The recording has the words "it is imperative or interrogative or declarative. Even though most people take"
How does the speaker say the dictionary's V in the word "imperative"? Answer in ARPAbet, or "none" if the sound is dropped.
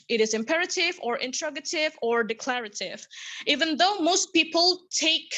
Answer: V